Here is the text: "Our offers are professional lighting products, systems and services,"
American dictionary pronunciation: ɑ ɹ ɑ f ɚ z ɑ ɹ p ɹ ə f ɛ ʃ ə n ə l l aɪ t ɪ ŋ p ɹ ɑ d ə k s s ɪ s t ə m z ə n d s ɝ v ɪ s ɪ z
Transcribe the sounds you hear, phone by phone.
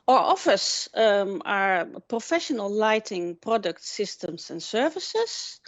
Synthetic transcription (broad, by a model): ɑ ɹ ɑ f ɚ s ɑ ɹ p ɹ ə f ɛ ʃ ə n ə l l aɪ t ɪ ŋ p ɹ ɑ d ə k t s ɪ s t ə m s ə n s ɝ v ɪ s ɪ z